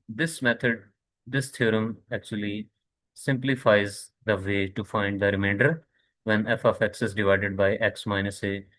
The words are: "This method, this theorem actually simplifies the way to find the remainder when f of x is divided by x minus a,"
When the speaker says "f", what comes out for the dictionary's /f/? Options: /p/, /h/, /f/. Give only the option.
/f/